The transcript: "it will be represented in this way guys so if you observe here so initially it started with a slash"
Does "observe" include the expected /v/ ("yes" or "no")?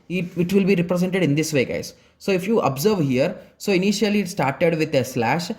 yes